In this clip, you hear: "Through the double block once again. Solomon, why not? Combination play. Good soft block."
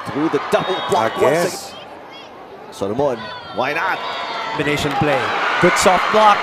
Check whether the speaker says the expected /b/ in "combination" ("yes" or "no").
no